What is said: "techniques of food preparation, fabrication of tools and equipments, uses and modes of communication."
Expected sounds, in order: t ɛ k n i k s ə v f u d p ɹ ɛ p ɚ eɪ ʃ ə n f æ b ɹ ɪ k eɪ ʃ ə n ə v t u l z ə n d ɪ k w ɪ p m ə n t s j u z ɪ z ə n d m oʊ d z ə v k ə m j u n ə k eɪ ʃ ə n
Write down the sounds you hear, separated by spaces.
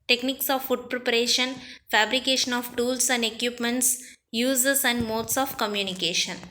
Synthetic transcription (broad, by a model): t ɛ k n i k s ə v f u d p ɹ ɛ p ɚ eɪ ʃ ə n f æ b ɹ ɪ k eɪ ʃ ə n ə v t u l s ə n d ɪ k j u p m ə n t s j u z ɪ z ə n d m oʊ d s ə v k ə m j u n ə k eɪ ʃ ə n